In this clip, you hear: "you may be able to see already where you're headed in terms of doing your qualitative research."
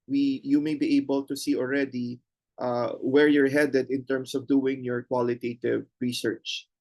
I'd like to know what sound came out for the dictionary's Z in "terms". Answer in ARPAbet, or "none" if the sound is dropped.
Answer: S